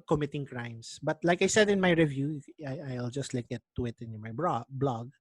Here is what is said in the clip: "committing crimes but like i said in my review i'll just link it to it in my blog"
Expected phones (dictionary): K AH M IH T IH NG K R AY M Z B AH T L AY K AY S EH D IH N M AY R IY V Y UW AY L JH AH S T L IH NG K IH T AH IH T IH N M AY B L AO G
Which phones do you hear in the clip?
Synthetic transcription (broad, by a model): K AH M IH T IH NG K R AY M S B AH T L AY K AY S EH D IH N M AY R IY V Y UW AY L JH AH S T L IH K IH T AH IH T IH N M AY B L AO G